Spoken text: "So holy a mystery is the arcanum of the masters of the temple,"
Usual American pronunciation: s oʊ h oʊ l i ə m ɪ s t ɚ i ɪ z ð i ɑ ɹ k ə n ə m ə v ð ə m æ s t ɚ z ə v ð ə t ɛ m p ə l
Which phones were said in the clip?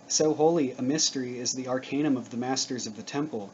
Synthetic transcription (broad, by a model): s oʊ h oʊ l i ə m ɪ s t ɚ i ɪ z ð i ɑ ɹ k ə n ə m ə v ð ə m æ s t ɚ z ə v ð ə t ɛ m p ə l